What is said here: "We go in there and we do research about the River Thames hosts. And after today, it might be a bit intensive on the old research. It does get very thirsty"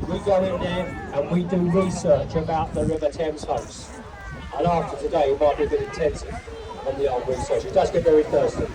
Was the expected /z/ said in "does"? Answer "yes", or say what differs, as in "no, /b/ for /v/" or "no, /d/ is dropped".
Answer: no, /s/ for /z/